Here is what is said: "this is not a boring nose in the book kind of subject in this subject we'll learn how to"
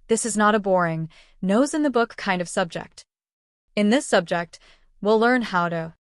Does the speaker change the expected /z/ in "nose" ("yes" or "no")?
no